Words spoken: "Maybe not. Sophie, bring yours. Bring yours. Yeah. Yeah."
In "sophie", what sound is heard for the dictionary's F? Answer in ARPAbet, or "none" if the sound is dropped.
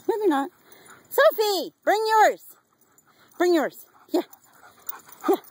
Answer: F